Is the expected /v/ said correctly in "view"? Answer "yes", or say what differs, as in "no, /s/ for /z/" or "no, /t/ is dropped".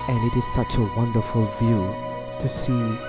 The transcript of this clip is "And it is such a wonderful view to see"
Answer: yes